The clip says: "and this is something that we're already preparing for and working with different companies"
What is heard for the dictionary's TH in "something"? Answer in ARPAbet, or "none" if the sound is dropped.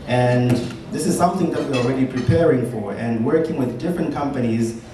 TH